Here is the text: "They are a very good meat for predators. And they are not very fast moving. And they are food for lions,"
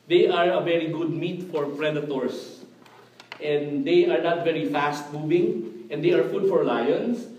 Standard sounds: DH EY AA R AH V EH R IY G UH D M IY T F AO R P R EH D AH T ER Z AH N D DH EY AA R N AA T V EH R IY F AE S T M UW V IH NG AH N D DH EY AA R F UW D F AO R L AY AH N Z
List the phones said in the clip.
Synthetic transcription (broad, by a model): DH EY AA R AH V EH R IY G UH D M IY T F AO R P R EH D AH T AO S AH N D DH EY AA R N AA T V EH R IY F AE S T M UW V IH NG AH N D EY AA R F UW D F AO R L AY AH N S